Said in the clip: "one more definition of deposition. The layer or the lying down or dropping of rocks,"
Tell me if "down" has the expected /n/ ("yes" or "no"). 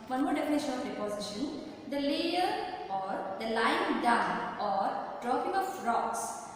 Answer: no